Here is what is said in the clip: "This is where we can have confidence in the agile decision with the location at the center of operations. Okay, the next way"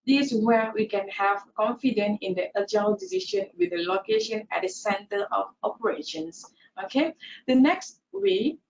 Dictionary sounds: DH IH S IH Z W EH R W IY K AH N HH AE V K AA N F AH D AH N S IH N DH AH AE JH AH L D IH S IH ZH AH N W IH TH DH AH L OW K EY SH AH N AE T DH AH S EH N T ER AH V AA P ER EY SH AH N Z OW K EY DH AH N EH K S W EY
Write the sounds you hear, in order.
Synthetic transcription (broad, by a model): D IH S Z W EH W IY K AH N HH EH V K AA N F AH D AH N IH N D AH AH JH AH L D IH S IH SH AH N W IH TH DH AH L OW K EY SH AH N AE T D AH S EH N T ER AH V AA P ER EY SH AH N S OW K EY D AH N EH K S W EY